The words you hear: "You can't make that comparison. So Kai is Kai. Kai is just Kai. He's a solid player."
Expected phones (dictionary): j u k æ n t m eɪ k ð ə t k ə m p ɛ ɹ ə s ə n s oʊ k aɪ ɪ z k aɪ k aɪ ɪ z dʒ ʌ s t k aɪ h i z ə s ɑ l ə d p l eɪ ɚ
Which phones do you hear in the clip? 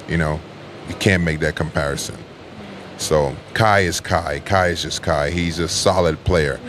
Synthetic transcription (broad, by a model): j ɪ k æ n m eɪ k ð ə t k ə m p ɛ ɹ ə s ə n s oʊ k aɪ ɪ z k aɪ k aɪ ɪ z dʒ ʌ s k aɪ h i z ə s ɑ l ə d p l eɪ ɚ